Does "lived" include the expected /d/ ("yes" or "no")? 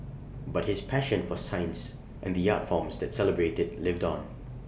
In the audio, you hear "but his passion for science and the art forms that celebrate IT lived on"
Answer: yes